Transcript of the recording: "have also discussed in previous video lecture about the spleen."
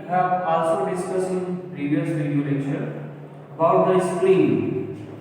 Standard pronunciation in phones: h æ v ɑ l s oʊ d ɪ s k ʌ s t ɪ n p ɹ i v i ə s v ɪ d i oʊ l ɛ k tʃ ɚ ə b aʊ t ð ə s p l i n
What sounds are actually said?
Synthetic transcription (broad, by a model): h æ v ɑ l s oʊ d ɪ s k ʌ s ɪ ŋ p ɹ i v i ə s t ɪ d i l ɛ tʃ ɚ ə b aʊ t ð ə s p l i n